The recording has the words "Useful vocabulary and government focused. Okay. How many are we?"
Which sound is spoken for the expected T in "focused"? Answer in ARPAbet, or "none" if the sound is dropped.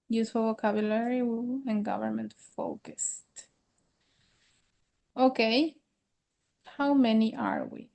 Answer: T